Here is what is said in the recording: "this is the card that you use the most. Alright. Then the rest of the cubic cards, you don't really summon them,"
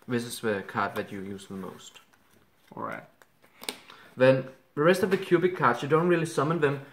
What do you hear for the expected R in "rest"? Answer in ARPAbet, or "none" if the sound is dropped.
R